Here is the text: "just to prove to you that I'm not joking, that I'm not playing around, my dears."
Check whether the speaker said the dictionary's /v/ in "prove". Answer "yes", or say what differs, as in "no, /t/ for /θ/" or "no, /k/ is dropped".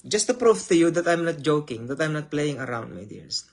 no, /f/ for /v/